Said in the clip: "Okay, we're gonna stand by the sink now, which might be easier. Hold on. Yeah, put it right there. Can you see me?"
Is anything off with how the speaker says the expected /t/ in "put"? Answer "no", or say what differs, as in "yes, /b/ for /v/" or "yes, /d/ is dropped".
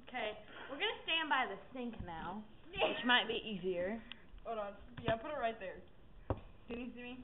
no